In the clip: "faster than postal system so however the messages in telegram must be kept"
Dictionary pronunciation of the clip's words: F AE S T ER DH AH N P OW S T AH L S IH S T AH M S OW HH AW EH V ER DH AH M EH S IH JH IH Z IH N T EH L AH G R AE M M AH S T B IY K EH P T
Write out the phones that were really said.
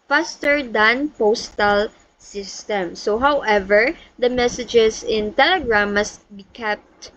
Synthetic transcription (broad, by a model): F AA S T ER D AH N P OW S T AH L S IH S T AH M S OW HH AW EH V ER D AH M EH S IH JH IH S IH N T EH L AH G R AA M M AH S T B IY K EH P T